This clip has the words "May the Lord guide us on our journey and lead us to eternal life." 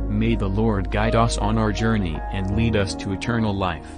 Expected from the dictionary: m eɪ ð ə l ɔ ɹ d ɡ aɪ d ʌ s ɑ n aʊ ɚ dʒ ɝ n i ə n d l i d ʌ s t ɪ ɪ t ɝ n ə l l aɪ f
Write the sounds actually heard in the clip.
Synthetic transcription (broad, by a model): m eɪ ð ə l ɔ ɹ d ɡ aɪ d ʌ s n aʊ ɚ dʒ ɝ n i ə n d l i d ʌ s t ɪ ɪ t ɝ n l l aɪ f